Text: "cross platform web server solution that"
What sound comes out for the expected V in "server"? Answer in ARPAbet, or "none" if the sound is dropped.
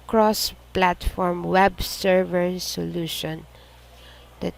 V